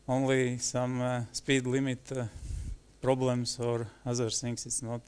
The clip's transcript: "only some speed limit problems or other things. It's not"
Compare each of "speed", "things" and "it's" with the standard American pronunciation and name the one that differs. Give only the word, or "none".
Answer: things